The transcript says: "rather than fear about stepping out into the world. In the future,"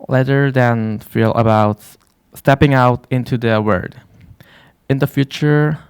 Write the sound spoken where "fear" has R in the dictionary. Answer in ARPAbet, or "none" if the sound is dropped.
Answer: L